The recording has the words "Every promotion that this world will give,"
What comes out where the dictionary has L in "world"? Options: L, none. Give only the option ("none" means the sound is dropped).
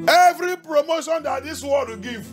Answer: none